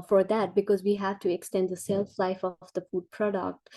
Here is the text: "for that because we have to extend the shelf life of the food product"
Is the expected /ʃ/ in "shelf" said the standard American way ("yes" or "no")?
no